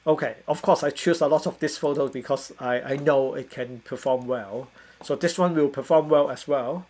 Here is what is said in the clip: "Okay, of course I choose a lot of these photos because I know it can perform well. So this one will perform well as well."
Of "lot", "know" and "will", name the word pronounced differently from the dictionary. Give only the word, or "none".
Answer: none